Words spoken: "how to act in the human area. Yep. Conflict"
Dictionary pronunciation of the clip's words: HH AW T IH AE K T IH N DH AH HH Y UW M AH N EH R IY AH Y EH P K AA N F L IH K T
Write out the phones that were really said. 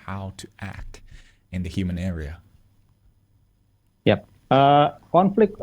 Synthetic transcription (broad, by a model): HH AW T IH AE K T IH N DH AH HH Y UW M AH N EH R IY AH Y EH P K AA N F L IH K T